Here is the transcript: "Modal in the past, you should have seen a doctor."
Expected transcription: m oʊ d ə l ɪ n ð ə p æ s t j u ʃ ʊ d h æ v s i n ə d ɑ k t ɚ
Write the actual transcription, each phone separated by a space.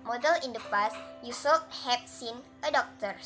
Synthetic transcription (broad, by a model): m oʊ d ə l ɪ n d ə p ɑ s j u s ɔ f h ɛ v s i n ə d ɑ k t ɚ